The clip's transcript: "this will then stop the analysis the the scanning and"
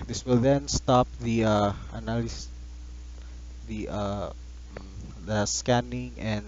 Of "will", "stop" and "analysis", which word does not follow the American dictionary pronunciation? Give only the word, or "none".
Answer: analysis